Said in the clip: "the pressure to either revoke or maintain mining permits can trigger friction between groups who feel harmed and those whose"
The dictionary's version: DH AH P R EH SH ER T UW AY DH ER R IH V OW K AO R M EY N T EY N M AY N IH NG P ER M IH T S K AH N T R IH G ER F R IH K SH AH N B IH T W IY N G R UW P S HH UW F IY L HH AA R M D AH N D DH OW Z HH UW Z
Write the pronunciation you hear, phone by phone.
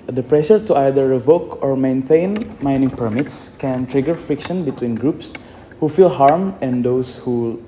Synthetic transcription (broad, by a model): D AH P R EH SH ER T UW AY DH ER R IH V OW K AO R M EY N T EY N M AY N IH NG P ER M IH T S K AH N T R IH G ER F R IH K SH AH N B IH T W IY N G R UW P S HH UW F IY L HH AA R M AH N D OW S HH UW